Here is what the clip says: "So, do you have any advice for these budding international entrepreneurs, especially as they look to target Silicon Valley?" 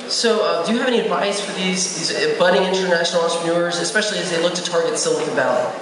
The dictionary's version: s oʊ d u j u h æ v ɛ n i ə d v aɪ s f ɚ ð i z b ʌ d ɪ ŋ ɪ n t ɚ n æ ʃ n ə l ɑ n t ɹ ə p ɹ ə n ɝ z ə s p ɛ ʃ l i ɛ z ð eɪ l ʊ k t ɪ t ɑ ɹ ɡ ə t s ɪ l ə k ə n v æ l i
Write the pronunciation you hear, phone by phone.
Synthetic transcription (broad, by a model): s oʊ d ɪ j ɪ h v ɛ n i ə d v aɪ s f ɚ ð i z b ʌ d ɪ ɪ n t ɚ n æ ʃ n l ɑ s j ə ɹ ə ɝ z ə s p ɛ ʃ l i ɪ z ð eɪ l ʊ k t ɪ t ɑ ɹ ɡ ə t s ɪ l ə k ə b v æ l